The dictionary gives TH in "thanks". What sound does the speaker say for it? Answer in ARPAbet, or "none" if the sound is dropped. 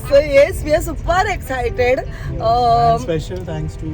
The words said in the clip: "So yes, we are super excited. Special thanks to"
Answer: T